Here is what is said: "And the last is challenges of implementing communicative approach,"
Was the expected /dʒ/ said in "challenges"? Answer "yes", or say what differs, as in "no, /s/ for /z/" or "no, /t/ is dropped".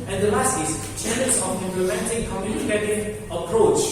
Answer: no, /dʒ/ is dropped